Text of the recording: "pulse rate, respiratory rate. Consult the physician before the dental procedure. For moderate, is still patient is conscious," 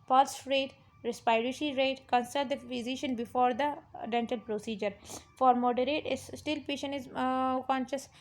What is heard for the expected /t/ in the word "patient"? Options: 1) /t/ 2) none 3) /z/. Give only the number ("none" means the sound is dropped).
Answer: 2